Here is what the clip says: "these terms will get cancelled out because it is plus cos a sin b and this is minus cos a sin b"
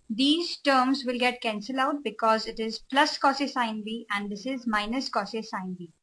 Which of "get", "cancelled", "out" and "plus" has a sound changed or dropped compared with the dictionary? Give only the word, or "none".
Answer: cancelled